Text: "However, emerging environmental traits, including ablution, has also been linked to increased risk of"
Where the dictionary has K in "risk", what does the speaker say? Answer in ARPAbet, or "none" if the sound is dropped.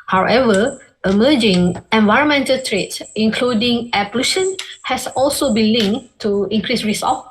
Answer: none